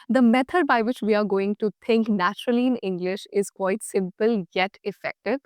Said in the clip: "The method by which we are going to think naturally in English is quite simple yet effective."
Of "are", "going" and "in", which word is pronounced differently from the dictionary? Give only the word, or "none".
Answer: none